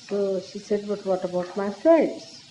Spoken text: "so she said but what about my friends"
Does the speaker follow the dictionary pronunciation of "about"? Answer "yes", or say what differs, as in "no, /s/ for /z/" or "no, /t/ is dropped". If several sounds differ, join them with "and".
yes